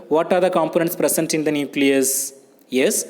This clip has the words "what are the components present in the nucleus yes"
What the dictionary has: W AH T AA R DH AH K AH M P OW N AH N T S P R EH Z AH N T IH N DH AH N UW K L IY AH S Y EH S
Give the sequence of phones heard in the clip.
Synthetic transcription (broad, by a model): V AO T AA R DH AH K AH M P OW N AH N T S P R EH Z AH N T IH N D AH N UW K L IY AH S Y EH S